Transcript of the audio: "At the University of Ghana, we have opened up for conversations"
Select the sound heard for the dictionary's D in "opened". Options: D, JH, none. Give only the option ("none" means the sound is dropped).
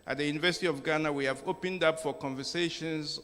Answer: D